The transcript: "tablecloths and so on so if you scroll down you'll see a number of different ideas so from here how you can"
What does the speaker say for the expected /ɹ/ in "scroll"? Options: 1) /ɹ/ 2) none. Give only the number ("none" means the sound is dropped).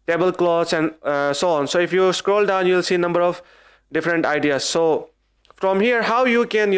1